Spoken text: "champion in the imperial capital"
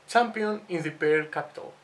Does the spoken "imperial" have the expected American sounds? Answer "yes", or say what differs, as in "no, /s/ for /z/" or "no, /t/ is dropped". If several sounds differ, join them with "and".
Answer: no, /m/ is dropped